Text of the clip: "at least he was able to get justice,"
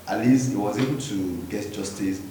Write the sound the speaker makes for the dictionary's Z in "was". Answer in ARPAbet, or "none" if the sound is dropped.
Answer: Z